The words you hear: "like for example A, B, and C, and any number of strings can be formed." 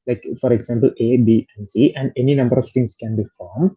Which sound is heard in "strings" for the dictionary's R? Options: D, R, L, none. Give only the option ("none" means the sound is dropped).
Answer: none